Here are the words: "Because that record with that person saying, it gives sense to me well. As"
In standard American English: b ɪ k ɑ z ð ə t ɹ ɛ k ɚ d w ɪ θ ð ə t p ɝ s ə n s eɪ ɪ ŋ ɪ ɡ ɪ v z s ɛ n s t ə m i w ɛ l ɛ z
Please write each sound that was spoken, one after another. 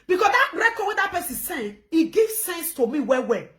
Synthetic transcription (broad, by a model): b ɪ k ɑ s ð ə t ɹ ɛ k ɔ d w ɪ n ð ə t p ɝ s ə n s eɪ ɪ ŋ ɪ ɡ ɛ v s ɛ n s t ə m i w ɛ w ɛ